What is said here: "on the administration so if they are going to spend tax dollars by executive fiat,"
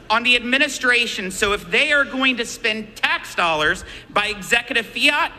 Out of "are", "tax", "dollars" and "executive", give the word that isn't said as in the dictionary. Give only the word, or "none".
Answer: none